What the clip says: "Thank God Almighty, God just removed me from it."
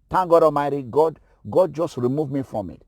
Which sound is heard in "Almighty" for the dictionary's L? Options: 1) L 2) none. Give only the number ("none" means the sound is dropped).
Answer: 2